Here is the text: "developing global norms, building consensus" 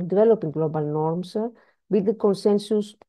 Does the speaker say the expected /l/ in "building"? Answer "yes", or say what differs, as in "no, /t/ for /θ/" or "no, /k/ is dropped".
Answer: no, /l/ is dropped